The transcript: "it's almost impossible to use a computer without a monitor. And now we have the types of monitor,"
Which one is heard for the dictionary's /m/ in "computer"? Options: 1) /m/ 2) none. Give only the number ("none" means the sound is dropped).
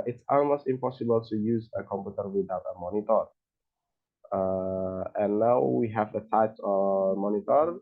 1